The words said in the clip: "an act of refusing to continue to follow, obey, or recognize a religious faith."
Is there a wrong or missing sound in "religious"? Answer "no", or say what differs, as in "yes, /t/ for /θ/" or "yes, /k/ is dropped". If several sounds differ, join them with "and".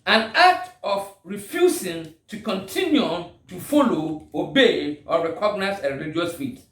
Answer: yes, /dʒ/ is dropped